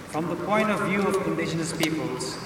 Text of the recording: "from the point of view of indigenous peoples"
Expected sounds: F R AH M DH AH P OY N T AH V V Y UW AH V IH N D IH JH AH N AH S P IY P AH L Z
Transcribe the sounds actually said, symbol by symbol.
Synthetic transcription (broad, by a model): F R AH M DH AH P OY N T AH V V Y UW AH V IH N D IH SH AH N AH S P IY P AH L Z